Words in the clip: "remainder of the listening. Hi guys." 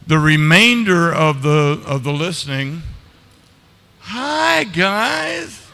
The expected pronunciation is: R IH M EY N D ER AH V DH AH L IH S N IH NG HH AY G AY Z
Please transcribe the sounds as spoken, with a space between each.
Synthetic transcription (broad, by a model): R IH M EY N D ER AH V DH AH L IH S N IH NG HH AY G AY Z